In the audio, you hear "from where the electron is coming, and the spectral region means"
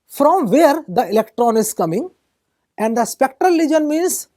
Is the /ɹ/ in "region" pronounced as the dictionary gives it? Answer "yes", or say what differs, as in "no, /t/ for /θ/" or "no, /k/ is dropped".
no, /l/ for /ɹ/